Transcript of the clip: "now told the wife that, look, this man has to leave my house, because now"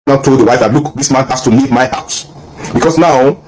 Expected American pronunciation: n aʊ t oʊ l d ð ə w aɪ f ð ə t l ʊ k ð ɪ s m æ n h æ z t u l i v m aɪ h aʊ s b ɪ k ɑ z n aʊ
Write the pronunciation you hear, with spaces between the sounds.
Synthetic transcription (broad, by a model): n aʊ t oʊ l d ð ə w aɪ f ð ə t l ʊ k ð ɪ s m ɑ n h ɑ s t u l i v m aɪ h aʊ s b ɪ k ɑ s n aʊ